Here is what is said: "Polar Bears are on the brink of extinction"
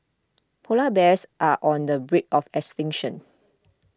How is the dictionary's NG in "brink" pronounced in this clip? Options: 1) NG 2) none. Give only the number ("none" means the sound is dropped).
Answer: 2